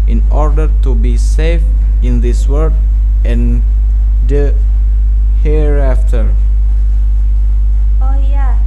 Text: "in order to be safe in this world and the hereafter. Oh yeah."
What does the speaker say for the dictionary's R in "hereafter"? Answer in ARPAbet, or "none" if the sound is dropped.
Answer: R